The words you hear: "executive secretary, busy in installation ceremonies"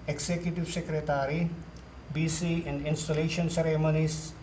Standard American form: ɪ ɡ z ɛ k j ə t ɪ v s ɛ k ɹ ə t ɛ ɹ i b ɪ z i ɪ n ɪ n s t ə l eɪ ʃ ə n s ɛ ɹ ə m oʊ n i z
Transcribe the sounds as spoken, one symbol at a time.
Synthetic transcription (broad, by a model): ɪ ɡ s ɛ k j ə t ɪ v s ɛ k ɹ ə t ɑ ɹ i b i s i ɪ n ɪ n s t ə l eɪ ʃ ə n s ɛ ɹ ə m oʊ n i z